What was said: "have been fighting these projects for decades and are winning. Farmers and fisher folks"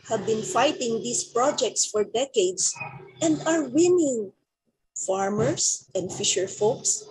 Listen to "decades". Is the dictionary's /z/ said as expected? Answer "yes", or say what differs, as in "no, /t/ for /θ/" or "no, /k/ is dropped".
no, /s/ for /z/